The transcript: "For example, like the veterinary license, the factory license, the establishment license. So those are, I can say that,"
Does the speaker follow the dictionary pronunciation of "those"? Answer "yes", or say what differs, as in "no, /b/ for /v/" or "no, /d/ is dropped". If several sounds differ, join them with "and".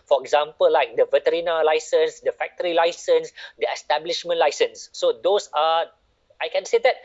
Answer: no, /s/ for /z/